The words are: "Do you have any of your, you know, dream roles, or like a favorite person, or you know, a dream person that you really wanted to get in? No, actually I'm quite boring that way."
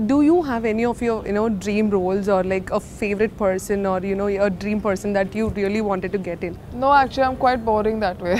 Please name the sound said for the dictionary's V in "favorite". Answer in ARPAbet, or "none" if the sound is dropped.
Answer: V